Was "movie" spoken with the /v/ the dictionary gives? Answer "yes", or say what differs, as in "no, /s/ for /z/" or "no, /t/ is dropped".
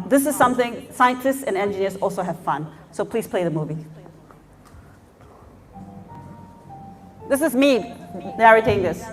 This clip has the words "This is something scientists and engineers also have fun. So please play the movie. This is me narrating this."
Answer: yes